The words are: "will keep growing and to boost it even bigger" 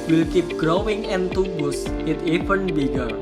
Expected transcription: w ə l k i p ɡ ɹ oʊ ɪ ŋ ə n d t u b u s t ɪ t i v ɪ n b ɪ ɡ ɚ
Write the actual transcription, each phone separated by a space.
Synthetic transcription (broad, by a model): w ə l k i p ɡ ɹ oʊ ɪ ŋ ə n t u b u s ɪ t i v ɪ n b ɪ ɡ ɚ